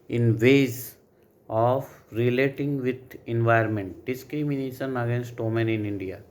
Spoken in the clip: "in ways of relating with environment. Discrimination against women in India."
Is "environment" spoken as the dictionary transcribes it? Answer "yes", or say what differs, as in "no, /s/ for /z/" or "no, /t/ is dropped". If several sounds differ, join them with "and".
no, /ɹ/ is dropped